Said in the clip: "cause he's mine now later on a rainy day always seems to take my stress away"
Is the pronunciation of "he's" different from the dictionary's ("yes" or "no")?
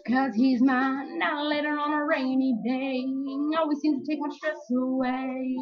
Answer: no